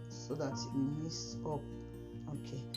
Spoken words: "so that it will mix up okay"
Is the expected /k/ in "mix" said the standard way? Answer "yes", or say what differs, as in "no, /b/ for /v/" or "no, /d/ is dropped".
no, /k/ is dropped